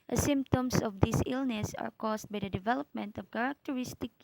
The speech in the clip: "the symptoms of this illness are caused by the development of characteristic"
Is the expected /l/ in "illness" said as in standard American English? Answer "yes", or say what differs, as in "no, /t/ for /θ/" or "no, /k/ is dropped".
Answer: yes